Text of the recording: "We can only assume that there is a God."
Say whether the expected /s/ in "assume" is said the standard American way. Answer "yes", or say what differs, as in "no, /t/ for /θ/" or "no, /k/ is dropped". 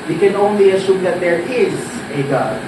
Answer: no, /ʃ/ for /s/